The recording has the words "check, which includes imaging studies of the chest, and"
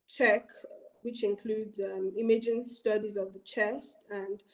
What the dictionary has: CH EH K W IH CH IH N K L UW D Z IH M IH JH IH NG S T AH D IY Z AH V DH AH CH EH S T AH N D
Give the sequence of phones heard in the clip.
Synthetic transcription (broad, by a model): CH EH K W IH CH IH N K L UW D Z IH M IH JH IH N S T AH D IY Z AH V DH AH CH EH S T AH N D